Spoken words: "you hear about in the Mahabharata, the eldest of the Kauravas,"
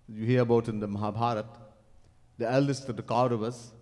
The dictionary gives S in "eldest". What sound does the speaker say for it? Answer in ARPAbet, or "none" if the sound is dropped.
S